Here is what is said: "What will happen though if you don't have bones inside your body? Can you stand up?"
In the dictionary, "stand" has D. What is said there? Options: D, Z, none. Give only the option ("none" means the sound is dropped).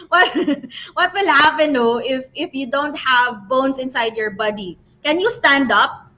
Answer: D